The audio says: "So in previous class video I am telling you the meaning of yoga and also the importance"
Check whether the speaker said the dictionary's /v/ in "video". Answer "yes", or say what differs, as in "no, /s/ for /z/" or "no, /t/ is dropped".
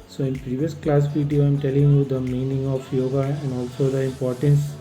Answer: no, /p/ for /v/